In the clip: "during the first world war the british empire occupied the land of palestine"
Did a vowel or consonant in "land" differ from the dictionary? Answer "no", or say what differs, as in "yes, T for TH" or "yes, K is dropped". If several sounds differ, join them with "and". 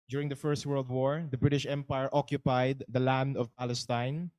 no